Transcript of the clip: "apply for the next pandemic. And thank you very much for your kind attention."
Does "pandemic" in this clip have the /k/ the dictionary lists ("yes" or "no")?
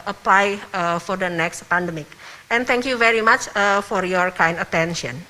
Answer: yes